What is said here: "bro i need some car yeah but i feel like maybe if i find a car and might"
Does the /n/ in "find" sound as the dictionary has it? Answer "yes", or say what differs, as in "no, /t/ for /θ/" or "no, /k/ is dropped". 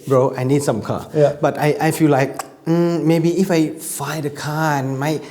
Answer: no, /n/ is dropped